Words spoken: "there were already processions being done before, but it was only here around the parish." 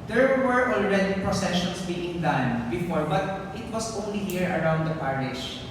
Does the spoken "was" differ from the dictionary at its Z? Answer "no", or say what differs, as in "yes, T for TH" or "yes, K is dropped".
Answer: yes, S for Z